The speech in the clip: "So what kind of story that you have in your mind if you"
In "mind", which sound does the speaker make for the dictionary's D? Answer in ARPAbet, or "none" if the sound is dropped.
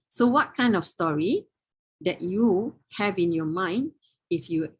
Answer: D